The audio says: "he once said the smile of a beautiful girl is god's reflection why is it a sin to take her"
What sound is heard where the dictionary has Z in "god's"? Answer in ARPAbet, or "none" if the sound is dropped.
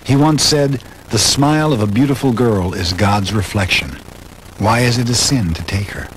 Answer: Z